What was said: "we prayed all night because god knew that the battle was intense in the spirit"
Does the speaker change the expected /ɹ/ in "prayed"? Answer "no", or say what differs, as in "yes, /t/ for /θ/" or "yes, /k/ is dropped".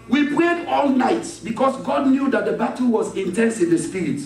no